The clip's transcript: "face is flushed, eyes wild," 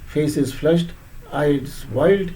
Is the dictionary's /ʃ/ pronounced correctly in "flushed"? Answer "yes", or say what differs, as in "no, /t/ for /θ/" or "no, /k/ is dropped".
yes